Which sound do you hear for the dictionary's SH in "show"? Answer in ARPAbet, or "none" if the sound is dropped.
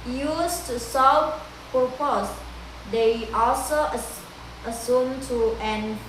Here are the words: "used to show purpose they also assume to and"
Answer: S